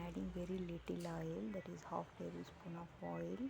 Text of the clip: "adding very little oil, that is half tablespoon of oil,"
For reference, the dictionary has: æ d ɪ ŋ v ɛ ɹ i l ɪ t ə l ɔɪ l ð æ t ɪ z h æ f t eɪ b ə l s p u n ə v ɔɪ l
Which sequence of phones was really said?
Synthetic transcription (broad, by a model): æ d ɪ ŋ v ɛ ɹ i l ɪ t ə l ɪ l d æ t ɪ z h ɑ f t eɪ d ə s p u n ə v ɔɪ l